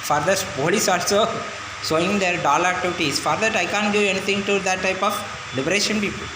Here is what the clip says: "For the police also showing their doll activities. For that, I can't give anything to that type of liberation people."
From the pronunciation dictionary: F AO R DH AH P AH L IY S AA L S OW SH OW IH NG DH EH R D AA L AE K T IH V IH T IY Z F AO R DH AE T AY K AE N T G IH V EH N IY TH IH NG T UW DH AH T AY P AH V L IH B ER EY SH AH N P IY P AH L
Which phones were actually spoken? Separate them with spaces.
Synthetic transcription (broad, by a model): F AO R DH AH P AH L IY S AA L S OW S OW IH NG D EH R D AA L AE K T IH V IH T IY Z F AO R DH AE T AY K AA N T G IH EH N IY T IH NG T UW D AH T AY P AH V L IH B ER EY SH AH N P IY P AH L